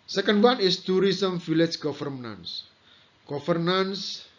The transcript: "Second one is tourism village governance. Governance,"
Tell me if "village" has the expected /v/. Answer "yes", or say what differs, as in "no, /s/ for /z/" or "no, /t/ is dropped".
no, /f/ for /v/